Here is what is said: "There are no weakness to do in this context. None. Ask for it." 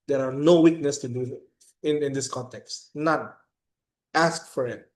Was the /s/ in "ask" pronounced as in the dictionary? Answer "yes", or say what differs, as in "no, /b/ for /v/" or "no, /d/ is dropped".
yes